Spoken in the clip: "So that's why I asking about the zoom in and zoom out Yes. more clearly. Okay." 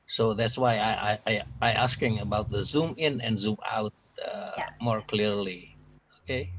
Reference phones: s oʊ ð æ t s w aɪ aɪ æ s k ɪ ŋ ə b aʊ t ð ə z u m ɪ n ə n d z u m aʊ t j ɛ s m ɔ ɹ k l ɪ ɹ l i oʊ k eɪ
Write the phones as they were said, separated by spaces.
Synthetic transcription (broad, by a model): s oʊ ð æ t s w aɪ aɪ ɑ s k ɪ ŋ ə b aʊ t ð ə z u m ɪ n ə n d z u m aʊ t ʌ m ɔ ɹ k l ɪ ɹ l i oʊ k eɪ